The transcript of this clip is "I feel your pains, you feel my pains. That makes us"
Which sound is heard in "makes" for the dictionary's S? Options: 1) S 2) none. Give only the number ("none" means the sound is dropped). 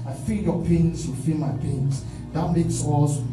1